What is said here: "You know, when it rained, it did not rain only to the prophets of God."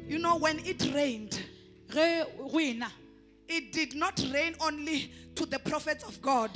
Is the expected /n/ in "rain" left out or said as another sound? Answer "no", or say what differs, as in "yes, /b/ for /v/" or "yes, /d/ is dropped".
no